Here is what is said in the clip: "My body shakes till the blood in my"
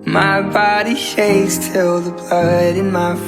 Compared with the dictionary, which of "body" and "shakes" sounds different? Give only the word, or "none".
shakes